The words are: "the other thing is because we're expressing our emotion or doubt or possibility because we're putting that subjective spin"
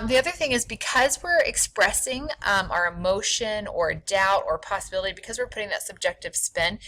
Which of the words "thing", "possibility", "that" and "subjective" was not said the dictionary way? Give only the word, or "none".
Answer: none